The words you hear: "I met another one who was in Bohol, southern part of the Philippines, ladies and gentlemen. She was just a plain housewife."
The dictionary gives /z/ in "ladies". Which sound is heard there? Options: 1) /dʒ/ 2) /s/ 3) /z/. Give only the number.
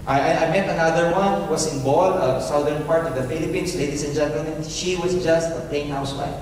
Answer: 2